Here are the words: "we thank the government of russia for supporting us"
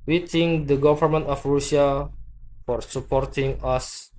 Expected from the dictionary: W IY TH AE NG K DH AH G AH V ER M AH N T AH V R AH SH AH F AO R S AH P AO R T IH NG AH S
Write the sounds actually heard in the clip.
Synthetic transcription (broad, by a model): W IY T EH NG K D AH G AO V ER M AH N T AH F R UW S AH F AO R S AH P AO R T IH NG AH S